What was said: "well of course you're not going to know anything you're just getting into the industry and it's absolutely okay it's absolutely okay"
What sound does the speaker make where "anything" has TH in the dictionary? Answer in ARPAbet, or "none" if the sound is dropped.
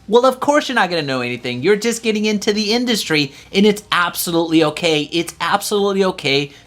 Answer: TH